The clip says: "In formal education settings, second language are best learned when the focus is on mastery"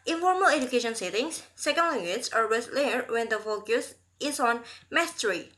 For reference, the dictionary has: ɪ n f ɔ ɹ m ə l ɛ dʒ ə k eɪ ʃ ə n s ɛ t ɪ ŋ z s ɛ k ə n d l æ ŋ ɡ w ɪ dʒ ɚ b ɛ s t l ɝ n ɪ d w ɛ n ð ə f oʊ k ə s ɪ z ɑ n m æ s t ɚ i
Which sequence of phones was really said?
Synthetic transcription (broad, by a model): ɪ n f ɔ ɹ m ə l ɛ dʒ ə k eɪ ʃ ə n s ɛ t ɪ ŋ s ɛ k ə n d l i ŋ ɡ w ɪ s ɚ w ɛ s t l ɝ ɪ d w ɛ n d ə f oʊ k ə s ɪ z ɑ n m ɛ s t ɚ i